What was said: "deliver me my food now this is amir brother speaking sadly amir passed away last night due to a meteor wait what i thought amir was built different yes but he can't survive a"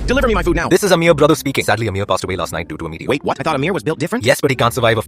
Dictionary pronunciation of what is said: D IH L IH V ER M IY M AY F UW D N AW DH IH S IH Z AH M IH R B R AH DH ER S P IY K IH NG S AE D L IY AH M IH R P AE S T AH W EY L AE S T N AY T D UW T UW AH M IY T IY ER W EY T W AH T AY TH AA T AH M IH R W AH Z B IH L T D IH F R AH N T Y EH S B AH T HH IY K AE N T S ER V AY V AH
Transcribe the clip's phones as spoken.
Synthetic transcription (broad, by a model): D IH L IH V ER M IY M AY F UW D N AW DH IH S IH Z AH M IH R B R AH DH ER S P IY K IH NG S AE D L IY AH M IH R P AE S T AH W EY L AE S T N AY T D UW T UW AH M IY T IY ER W EY T W AH T AY TH AA T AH M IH R W AH Z B IH L T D IH F R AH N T Y EH S B AH T HH IY K AE N T S ER V AY V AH